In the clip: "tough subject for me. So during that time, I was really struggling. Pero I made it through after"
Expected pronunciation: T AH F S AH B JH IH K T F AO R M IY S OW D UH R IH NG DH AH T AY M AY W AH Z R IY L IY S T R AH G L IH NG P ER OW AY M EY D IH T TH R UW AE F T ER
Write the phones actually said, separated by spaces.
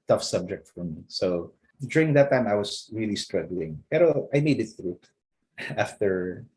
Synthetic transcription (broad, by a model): T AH F S AH B JH IH K T F AO R M IY S OW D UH R IH NG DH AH T AY M AY W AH S R IY L IY S T R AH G L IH NG P ER OW AY M EY D IH T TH R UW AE F T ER